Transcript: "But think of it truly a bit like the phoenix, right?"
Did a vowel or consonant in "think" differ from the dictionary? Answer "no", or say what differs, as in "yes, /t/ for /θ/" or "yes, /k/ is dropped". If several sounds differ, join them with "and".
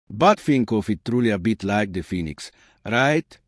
yes, /f/ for /θ/